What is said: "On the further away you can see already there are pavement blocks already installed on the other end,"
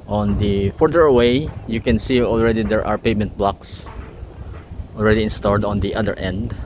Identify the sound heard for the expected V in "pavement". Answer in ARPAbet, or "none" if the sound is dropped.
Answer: none